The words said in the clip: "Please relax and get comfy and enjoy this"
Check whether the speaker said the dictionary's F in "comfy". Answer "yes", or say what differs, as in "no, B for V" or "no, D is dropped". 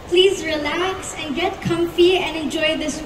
yes